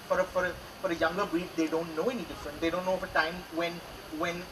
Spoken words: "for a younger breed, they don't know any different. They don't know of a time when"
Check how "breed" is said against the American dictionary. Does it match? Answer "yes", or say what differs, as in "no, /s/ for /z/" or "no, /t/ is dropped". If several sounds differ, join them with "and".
no, /ɹ/ is dropped